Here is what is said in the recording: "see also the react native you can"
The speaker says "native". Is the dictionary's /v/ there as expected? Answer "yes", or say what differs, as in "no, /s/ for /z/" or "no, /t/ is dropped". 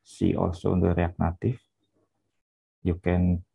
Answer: no, /f/ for /v/